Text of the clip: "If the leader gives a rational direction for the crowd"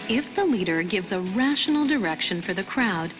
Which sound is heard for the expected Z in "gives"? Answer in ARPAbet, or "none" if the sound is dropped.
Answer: Z